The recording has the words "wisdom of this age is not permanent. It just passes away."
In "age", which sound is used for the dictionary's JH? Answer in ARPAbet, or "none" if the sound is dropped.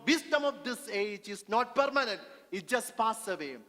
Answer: JH